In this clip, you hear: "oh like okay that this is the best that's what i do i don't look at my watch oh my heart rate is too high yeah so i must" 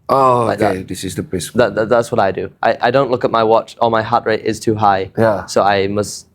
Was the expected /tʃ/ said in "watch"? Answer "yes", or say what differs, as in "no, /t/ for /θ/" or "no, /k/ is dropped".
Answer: yes